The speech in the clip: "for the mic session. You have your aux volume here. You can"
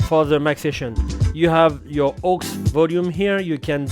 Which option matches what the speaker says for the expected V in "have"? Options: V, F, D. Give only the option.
V